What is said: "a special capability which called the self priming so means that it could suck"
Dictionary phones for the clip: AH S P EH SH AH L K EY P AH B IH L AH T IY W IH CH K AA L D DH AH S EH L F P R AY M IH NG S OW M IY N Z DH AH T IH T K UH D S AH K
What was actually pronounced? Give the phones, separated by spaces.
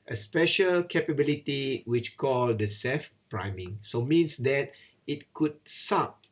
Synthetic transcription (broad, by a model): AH S P EH SH AH L K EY P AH B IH L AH T IY W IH CH K AA L D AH S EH F P R AY M IH NG S OW M IY N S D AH T IH T K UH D S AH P